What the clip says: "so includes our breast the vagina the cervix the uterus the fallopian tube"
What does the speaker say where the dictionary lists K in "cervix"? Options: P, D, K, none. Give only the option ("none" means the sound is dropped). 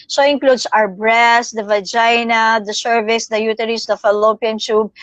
none